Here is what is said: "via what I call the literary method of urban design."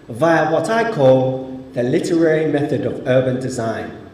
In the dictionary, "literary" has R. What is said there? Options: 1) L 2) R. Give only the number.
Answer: 2